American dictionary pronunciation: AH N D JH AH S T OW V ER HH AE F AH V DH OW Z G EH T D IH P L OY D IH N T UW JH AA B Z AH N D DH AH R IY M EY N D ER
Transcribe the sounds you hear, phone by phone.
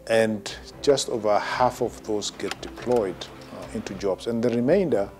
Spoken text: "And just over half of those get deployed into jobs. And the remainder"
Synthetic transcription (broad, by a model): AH N JH AH S T OW V ER HH AE F AH V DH OW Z G EH T D IH P L OY D IH N T UW JH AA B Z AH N DH AH R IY M EY N D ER